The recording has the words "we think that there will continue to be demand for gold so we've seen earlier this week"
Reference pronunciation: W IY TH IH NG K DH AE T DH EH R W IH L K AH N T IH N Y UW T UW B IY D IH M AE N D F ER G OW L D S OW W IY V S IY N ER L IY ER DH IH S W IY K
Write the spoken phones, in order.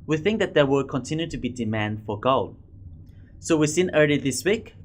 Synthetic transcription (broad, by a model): W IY TH IH NG K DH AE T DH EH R W IH L K AH N T IH N Y UW T UW B IY D IH M AE N D F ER G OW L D S OW W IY S IY N ER L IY DH IH S W IY K